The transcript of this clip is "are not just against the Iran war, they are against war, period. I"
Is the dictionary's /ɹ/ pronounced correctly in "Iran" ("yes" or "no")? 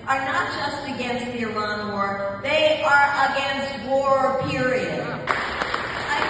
no